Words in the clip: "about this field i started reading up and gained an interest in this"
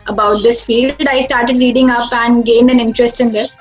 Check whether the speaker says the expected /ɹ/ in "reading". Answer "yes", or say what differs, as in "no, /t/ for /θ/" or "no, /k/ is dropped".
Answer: no, /l/ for /ɹ/